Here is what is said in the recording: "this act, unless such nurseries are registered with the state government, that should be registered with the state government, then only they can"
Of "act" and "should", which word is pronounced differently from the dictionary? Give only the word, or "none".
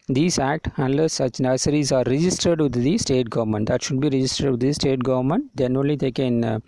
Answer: none